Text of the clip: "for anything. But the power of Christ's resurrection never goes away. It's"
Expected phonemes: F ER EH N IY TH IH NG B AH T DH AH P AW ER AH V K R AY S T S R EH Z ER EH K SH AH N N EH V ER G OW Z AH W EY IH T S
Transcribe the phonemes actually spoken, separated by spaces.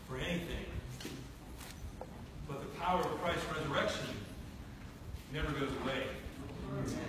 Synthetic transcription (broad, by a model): F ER EH N IY TH IH NG B AH T DH AH P AW ER AH V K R AY S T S R EH Z ER EH K SH AH N N EH V ER G OW Z AH W EY IH